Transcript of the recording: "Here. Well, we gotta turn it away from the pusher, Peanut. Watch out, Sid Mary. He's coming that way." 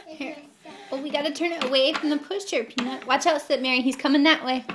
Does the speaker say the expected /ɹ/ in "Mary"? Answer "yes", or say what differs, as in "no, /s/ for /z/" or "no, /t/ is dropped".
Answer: yes